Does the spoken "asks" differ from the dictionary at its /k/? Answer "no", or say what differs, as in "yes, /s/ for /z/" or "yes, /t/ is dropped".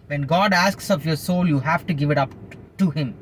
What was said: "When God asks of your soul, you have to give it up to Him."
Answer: no